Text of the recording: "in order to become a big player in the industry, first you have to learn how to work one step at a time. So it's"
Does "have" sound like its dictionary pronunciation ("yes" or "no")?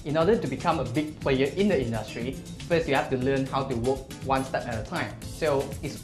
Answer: no